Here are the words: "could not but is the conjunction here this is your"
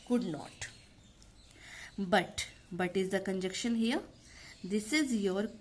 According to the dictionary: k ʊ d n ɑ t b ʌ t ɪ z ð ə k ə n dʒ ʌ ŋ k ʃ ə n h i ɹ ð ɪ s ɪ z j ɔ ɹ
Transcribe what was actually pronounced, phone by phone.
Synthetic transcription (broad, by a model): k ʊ d n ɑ t b ʌ t ɪ z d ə k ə n dʒ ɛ k ʃ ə n h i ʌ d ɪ s ɪ z j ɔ ɹ